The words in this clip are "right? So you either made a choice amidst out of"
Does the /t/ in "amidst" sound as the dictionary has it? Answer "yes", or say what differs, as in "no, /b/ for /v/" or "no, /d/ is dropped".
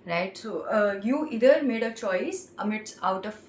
no, /t/ is dropped